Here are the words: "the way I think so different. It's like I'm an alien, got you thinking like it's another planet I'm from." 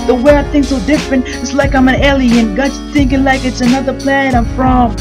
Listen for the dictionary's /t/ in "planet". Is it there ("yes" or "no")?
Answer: no